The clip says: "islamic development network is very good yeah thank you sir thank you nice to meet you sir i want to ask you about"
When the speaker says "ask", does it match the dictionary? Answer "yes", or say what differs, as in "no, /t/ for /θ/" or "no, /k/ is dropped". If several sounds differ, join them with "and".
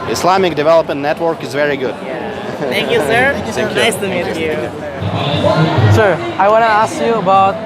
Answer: yes